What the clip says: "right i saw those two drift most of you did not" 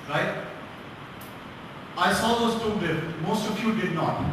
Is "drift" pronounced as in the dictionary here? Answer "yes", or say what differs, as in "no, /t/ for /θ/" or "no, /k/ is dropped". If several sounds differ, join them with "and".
no, /ɹ/ is dropped